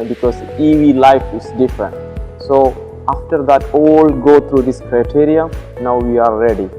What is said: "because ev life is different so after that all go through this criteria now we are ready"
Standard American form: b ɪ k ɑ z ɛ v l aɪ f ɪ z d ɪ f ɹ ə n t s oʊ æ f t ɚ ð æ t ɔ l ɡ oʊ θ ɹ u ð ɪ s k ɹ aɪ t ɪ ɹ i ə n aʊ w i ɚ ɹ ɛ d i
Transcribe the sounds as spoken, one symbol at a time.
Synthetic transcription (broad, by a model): b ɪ k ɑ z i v l aɪ f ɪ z d ɪ f ɹ ə n t s oʊ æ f t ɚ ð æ t ɔ l ɡ oʊ t ɹ u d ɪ s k ɹ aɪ t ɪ ɹ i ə n aʊ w i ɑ ɹ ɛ d i